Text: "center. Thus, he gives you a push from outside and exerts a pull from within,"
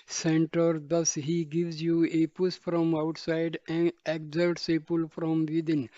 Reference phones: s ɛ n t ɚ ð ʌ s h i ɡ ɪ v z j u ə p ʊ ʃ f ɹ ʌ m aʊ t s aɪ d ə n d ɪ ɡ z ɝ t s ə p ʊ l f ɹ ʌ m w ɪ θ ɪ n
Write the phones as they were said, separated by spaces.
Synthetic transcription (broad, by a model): s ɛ n t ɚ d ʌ s h i ɡ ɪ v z j u ə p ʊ s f ɹ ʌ m aʊ t s aɪ d ə n d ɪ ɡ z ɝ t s ə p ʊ l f ɹ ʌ m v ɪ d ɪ n